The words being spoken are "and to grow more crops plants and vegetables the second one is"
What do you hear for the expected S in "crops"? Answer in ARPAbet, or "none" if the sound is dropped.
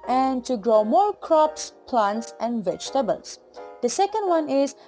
S